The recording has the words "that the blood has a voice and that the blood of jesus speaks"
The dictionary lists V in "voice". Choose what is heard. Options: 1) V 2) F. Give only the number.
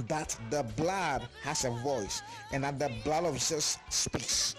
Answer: 1